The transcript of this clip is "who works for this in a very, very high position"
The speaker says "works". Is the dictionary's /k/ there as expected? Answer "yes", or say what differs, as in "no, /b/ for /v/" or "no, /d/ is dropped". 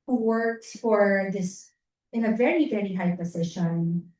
yes